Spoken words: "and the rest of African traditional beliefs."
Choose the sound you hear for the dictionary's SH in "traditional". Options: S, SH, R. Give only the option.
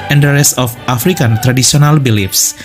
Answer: S